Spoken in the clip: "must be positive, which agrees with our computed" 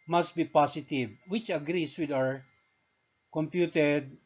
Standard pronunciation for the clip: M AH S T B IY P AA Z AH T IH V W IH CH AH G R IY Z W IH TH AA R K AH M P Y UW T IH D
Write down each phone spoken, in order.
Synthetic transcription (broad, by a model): M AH S T B IY P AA S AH T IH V W IH CH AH G R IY S W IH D AA R K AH M P Y UW T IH D